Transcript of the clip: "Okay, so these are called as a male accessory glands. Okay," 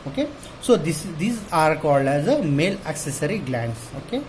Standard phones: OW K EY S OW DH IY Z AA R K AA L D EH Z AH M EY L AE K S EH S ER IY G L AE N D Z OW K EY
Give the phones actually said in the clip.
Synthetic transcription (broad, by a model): OW K EY S OW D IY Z AA R K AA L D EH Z AH M EY L AE K S EH S ER IY G L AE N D S OW K EY